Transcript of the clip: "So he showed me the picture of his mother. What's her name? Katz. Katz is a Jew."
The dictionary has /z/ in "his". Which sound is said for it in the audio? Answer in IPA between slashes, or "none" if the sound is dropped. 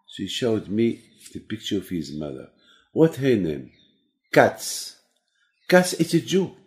/z/